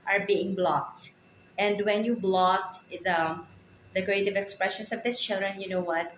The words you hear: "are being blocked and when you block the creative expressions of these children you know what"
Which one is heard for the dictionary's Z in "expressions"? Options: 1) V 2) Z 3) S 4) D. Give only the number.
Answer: 3